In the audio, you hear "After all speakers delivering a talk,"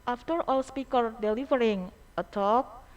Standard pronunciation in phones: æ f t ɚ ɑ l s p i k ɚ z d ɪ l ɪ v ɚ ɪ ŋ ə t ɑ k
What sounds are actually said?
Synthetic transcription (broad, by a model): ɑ f t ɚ ɑ l s p i k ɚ d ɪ l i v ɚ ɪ ŋ ə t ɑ k